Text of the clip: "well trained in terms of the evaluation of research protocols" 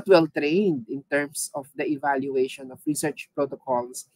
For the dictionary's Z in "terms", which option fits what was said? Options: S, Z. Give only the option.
S